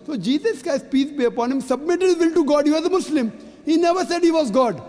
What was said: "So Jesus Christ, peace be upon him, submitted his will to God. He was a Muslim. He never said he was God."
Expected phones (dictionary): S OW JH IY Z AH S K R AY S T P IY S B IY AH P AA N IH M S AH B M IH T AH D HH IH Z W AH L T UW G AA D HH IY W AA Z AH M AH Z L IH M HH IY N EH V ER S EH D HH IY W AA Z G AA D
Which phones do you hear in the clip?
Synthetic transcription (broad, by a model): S OW JH IY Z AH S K AY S P IY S B IY AH P AA N IH M S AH B M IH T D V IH L T UW G AA D HH IY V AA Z AH M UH S L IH M HH IY N EH V ER S EH D HH IY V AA Z G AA D